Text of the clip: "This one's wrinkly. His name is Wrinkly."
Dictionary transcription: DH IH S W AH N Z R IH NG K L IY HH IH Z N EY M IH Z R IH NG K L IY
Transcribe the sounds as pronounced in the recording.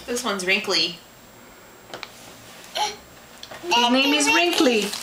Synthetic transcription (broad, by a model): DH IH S W AH N Z R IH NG K L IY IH N EY M IH Z R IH NG K L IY